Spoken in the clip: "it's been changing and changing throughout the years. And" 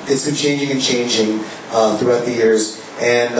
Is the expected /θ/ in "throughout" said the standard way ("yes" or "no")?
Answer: yes